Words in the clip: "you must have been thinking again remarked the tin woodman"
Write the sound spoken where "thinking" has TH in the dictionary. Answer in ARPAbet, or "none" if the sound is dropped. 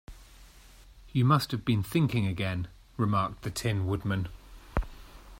TH